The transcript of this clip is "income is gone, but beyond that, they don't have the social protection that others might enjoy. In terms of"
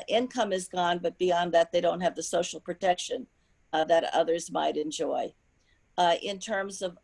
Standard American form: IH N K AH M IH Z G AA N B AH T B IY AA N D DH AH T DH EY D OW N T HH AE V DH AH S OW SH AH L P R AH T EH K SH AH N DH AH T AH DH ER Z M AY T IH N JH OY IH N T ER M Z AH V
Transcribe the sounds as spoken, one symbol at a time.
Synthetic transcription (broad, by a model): IH N K AH M IH Z G AA N B AH T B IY AA N DH AH T DH EY D OW N T HH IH V DH AH S OW SH L P R AH T EH K SH AH N DH AH T AH DH ER Z M AY T IH N JH OY IH N T ER M Z AH V